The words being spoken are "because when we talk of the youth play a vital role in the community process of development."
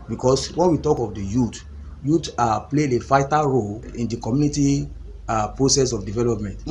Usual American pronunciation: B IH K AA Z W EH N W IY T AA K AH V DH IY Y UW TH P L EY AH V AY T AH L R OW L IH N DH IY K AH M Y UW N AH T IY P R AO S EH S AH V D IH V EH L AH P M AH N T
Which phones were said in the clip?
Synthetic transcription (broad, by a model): B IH K AA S W EH N W IY T AA K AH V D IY Y UW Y P L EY AH F AY T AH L R OW L IH N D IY K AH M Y UW N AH T IY P R AO S EH S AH F D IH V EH L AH P M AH N T